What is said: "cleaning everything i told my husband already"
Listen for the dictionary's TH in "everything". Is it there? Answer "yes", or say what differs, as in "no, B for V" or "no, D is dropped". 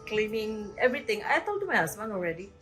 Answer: no, T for TH